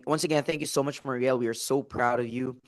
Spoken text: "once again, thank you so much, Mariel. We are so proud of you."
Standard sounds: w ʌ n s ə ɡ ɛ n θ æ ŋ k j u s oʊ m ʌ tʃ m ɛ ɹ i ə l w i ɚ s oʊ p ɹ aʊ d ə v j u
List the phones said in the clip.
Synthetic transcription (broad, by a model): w ʌ n s ə ɡ ɛ n θ æ ŋ k j u s oʊ m ʌ tʃ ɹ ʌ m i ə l w i ɚ s oʊ p ɹ aʊ d ə v j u